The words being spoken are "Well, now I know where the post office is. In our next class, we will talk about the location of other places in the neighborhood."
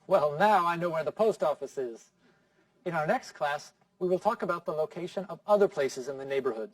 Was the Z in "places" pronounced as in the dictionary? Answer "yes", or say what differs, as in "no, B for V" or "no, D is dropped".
yes